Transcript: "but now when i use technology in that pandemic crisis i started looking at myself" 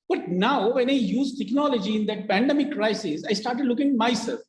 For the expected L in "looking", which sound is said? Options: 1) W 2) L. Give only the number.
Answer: 2